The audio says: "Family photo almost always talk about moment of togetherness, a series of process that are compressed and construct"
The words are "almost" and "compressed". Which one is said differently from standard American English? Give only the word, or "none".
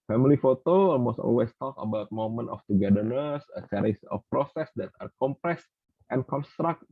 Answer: none